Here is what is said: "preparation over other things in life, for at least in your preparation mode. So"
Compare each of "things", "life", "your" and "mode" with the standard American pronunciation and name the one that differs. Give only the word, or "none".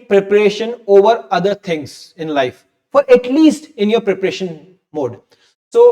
things